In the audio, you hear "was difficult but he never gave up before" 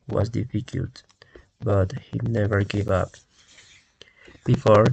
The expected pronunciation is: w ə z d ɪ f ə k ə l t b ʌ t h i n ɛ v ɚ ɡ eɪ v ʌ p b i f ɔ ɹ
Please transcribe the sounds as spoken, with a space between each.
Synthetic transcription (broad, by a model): w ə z d ɪ f ə k ə l t b ʌ t h i n ɛ v ɚ ɡ eɪ v ʌ p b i f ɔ ɹ